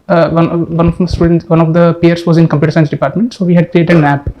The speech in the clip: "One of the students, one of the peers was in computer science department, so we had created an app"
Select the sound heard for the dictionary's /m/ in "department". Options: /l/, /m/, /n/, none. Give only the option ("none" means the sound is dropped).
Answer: /m/